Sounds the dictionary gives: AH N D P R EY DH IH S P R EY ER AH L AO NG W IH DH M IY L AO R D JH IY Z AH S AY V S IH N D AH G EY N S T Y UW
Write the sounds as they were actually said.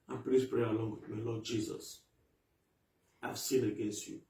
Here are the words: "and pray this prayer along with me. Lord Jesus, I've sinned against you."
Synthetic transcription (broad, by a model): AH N P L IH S P R EY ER AH L AO NG W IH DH M IY L AO D JH IY Z AH S AY V S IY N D AH G EY N S T Y UW